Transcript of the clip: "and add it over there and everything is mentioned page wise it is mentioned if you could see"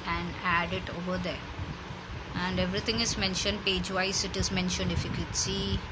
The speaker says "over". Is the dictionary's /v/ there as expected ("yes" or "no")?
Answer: yes